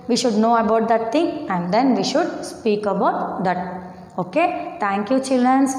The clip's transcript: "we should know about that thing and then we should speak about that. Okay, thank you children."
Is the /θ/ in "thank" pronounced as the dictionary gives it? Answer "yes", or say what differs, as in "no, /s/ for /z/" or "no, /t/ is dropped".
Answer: no, /t/ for /θ/